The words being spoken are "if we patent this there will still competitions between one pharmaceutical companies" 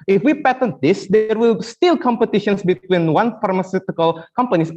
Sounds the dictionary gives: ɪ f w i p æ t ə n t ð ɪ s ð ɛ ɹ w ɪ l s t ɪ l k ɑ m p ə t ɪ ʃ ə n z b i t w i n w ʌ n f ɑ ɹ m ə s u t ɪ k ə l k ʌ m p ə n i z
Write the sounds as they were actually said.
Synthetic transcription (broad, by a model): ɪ f w i p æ t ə n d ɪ s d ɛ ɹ w ɪ l s t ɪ l k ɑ m p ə t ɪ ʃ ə n s b i t w i n w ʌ n f ɑ ɹ m ə s u t ɪ k ə l k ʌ m p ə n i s